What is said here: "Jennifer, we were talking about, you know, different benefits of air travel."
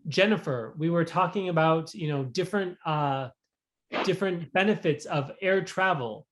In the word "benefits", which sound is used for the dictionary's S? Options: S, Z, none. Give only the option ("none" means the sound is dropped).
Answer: S